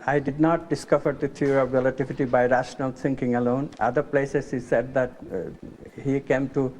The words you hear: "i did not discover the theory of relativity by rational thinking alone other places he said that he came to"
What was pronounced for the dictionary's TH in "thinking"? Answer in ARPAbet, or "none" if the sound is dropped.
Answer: T